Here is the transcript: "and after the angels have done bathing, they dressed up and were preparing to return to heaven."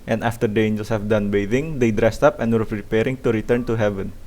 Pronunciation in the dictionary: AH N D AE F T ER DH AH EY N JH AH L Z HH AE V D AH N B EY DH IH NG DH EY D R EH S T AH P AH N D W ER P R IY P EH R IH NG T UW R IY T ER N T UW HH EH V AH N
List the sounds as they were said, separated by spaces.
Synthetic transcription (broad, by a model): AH N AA F T ER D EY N JH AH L S HH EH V D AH N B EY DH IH NG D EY D R EH S T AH P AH N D W ER P R IY P EH R IH NG T UW R IY T ER N T UW HH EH V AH N